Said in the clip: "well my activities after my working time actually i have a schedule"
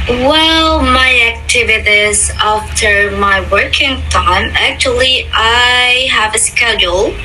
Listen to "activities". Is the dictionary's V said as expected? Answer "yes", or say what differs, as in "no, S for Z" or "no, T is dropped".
yes